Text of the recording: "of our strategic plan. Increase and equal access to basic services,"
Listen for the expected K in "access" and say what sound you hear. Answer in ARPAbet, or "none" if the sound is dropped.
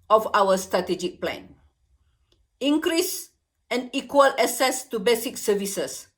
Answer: none